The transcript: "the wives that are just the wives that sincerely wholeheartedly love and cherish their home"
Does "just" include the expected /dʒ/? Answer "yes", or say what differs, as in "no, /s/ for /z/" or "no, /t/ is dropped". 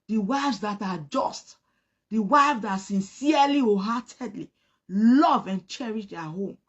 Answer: yes